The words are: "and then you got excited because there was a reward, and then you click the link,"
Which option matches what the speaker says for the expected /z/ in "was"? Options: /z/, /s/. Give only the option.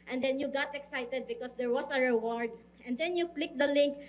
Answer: /s/